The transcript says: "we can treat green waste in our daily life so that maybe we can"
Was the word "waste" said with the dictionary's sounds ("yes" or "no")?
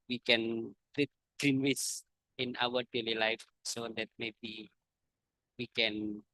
no